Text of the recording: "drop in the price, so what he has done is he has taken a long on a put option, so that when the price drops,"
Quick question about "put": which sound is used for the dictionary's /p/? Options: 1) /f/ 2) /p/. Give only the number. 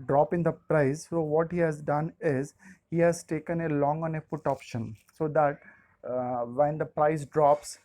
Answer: 1